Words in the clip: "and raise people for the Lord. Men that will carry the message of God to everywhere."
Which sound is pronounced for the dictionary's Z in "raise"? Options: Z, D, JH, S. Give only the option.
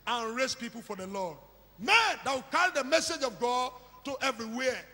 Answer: S